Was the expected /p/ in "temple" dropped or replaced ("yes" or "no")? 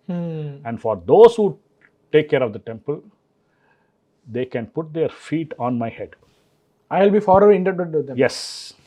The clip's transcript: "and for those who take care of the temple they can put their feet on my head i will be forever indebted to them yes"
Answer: no